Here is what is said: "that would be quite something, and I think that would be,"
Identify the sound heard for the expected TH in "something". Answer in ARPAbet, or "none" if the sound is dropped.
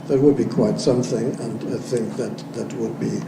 TH